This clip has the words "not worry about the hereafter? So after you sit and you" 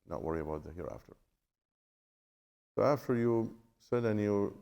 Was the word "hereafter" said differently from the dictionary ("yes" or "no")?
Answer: no